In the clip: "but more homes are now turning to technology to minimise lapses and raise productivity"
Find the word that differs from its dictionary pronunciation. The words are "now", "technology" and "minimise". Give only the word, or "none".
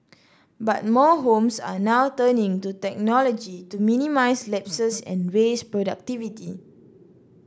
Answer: minimise